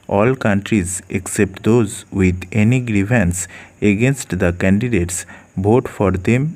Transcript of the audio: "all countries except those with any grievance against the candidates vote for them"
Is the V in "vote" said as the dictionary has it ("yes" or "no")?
no